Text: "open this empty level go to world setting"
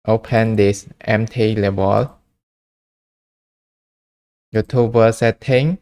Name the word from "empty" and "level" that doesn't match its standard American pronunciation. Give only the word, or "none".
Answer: level